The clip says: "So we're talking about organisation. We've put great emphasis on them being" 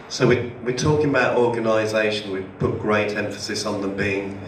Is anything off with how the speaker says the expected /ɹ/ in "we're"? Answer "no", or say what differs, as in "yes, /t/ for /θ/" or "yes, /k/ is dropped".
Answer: yes, /w/ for /ɹ/